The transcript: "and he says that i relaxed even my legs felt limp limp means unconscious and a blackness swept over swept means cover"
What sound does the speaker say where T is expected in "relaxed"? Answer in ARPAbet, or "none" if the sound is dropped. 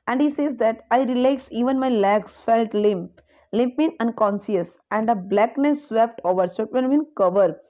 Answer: none